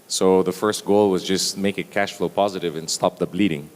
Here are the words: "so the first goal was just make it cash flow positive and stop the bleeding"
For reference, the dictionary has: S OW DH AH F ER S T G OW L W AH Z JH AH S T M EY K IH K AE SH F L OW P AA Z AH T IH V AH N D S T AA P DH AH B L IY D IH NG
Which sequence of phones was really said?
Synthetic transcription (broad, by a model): S OW DH AH F ER S T G OW L W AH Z JH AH S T M EY K IH K AE SH F L OW P AA Z AH T IH V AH N S T AA P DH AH B L IY D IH NG